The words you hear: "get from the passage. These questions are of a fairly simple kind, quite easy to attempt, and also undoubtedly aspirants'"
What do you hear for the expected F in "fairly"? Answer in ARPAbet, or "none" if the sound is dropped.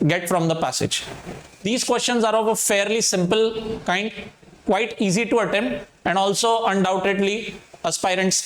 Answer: F